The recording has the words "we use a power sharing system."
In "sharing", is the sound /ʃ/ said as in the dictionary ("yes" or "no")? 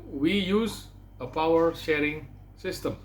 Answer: yes